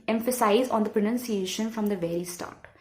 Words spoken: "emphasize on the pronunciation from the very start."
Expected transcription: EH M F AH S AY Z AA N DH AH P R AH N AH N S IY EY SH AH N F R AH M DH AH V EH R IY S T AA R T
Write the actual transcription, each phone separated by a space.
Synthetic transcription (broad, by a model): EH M F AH S AY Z AA N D AH P R AH N AH N S IY EY SH AH N F R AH M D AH V EH R IY S T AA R T